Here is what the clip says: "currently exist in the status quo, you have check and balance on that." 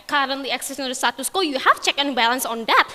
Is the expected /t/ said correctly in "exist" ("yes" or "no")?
no